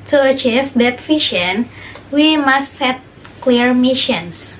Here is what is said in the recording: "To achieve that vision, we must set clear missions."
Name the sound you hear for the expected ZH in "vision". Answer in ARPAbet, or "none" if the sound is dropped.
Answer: SH